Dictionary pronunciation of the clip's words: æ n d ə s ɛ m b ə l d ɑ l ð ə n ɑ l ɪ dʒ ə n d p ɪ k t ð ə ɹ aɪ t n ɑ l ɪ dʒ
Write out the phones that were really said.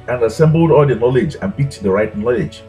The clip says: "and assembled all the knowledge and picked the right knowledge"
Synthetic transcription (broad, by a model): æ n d ə s ɛ m b ə l d ɑ l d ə n ɑ l ɪ dʒ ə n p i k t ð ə ɹ aɪ t n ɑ l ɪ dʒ